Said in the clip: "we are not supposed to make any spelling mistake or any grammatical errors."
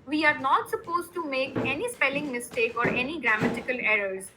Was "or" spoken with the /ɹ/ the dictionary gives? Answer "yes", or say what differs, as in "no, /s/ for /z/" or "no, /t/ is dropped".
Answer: yes